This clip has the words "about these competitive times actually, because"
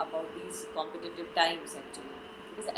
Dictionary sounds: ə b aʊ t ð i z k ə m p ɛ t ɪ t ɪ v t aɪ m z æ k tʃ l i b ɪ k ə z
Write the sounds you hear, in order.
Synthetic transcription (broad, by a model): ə b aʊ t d i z k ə m p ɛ t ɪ t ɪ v t aɪ m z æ k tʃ i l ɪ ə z